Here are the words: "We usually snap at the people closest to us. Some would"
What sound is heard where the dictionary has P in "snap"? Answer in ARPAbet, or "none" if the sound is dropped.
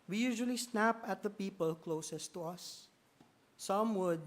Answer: P